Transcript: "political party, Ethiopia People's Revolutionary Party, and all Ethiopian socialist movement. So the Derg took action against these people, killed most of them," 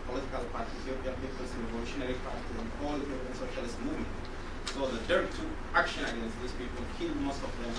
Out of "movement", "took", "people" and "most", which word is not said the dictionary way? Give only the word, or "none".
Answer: took